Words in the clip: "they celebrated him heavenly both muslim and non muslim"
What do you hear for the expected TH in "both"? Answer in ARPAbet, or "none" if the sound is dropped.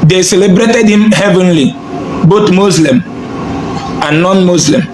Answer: T